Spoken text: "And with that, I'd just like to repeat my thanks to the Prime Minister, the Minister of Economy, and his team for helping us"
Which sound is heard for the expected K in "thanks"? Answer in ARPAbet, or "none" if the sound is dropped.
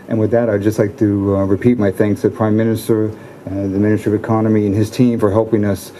K